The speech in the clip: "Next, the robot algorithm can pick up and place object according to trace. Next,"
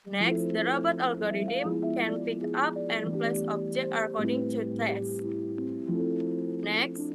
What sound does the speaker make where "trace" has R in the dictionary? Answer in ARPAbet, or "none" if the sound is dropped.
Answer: none